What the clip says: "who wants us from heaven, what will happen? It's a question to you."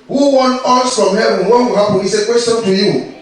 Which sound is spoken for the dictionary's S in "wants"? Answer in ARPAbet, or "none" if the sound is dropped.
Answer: none